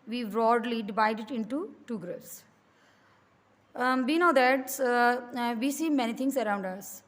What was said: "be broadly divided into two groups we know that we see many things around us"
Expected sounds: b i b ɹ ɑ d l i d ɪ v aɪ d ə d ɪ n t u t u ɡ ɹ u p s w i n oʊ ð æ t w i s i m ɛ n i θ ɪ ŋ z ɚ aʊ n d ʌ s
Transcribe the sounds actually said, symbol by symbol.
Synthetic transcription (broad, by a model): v i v ɹ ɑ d l i d ɪ v aɪ d ə d ɪ n t u t u ɡ ɹ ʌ s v i n oʊ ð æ t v i s i m ɛ n i t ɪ ŋ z ɚ aʊ n d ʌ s